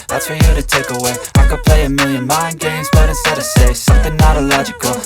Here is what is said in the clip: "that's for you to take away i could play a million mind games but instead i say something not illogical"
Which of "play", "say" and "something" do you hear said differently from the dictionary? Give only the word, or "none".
none